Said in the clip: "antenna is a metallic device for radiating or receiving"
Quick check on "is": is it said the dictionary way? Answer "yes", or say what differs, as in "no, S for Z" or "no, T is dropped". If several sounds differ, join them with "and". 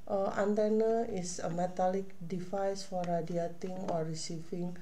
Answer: no, S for Z